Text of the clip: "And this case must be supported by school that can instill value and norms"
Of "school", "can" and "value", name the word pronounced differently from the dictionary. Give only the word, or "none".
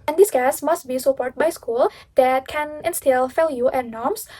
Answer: value